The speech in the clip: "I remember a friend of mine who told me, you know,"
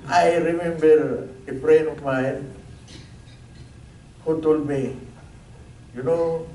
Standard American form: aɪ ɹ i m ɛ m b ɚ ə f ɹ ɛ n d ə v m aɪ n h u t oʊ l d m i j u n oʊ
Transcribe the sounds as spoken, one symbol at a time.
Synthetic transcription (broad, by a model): aɪ ɹ i m ɛ m b ɚ ə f ɹ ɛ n ə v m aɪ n h u t oʊ l d m i j u n oʊ